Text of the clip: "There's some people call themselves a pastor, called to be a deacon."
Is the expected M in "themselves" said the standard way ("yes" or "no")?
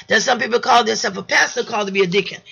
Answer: no